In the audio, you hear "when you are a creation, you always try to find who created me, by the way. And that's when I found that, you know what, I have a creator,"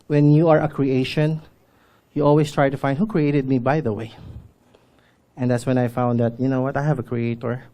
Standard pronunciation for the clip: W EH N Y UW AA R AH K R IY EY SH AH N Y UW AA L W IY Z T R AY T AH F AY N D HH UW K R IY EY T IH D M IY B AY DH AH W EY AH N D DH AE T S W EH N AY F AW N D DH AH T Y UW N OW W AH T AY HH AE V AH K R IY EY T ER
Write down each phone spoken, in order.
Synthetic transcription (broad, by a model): W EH N Y UW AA R AH K R IY EY SH AH N Y UW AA L W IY S T R AY T AH F AY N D HH UW K R IY EY T IH D M IY B AY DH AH W EY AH N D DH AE T S W EH N AY F AW N D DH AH T Y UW N OW W AH T AY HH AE V AH K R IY EY T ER